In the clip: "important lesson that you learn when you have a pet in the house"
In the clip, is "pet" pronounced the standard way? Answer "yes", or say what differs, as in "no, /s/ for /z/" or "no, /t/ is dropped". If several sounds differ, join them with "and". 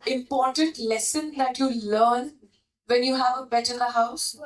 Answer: no, /b/ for /p/